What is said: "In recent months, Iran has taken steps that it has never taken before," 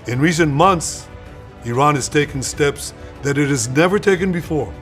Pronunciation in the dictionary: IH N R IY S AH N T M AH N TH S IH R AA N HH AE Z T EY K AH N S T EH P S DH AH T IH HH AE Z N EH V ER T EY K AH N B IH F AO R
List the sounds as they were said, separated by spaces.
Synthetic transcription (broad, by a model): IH N R IY S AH N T M AH N TH S IH R AA N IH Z T EY K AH N S T EH P S DH AH T IH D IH Z N EH V ER T EY K AH N B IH F AO R